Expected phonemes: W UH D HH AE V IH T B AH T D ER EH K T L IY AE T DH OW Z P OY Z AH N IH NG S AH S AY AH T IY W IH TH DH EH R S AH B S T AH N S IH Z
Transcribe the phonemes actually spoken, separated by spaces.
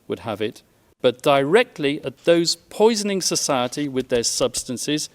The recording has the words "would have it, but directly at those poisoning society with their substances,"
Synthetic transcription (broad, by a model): W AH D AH V IH T B AH T D ER EH K T L IY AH T DH OW Z P OY Z AH N IH NG S AH S AY AH T IY W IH DH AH R S AH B S T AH N S IH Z